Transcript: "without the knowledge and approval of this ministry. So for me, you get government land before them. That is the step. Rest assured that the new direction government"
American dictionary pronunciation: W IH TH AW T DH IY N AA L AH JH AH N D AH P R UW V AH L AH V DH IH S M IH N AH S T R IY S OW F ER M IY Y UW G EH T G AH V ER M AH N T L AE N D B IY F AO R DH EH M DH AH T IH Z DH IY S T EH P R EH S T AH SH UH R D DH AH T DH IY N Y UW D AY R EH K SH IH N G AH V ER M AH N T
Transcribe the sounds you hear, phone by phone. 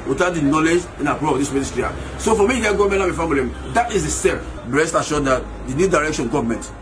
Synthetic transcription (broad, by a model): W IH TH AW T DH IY N AA L AH JH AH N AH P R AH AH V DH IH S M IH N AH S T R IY S OW F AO M IY Y UW G EH T G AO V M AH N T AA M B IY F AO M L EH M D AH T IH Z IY S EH B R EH S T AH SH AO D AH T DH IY N Y UW D AY R EH K SH IH N G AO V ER M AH N T